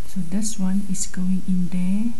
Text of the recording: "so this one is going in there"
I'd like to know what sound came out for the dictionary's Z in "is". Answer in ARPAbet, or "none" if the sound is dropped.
S